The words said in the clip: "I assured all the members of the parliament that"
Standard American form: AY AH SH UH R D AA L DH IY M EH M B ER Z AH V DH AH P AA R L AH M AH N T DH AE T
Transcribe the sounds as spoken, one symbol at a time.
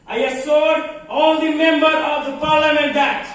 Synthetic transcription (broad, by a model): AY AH S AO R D AA L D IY M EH M B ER AH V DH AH P AA R L AH M AH N T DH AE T